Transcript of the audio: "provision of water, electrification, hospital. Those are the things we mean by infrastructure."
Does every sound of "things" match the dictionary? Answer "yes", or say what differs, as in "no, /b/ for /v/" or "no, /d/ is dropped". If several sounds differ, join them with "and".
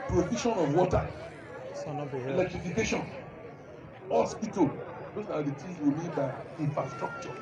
no, /t/ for /θ/ and /ŋ/ is dropped